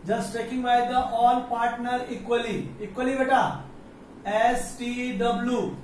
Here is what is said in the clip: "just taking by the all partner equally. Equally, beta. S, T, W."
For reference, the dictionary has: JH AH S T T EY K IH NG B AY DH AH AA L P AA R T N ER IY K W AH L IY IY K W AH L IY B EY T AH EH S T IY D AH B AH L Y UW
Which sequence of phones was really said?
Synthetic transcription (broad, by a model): JH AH S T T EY K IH NG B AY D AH AA L P AA R T N ER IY K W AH L IY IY K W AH L IY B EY T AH EH S T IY D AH B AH L Y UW